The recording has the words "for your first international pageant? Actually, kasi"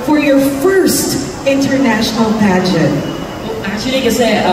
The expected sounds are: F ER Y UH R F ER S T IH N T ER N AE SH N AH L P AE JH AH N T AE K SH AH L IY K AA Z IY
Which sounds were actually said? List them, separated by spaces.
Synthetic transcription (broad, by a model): F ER Y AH R F ER S T IH N T ER N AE SH N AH L P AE JH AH T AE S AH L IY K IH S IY